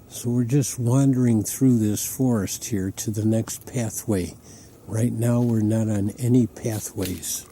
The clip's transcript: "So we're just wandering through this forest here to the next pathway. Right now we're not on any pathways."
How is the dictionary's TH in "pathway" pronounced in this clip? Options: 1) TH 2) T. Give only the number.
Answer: 1